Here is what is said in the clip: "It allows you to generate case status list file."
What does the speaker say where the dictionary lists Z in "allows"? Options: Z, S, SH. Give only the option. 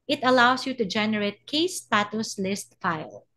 S